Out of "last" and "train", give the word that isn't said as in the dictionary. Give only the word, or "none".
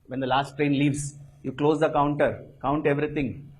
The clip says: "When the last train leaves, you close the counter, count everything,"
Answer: none